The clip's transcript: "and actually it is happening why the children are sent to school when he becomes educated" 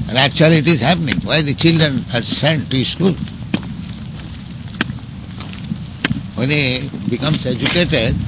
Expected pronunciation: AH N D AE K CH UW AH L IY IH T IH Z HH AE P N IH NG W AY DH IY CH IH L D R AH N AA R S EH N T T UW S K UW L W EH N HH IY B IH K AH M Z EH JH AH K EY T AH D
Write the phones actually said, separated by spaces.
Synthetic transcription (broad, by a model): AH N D AE K CH UW AH L IY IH T IH Z HH AE P N IH NG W AY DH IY CH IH L D R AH N AA R S EH N T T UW S K UW L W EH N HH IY B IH K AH M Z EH JH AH K EY T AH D